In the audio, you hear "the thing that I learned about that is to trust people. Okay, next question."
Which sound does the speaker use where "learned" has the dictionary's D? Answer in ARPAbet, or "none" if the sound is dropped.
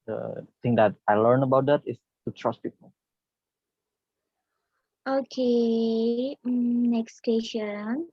none